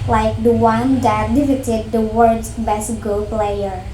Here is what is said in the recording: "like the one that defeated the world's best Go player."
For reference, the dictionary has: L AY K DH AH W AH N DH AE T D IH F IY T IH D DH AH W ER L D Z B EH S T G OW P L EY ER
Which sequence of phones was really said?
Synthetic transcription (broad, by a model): L AY K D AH W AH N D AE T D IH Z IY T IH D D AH W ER D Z B EH S T G OW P L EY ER